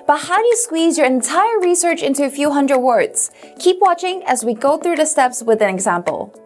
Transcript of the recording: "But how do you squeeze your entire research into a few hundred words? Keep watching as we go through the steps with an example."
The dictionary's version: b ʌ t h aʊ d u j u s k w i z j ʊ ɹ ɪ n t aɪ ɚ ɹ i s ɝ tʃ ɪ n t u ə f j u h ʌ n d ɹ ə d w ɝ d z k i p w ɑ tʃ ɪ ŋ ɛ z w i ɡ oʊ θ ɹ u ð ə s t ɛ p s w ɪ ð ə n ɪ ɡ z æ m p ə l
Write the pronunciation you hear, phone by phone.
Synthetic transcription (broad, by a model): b ʌ t h aʊ d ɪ j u s k w i z j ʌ ɹ ɪ n t aɪ ɚ ɹ i s ɝ tʃ ɪ n t u ə f j u h ʌ n d ɹ ə d w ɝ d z k i p w ɑ tʃ ɪ ŋ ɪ z w i ɡ oʊ θ ɹ u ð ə s t ɛ p s w ɪ ð ə n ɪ ɡ z æ m p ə l